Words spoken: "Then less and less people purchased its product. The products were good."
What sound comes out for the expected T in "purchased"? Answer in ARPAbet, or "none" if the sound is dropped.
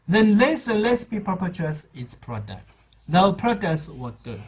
none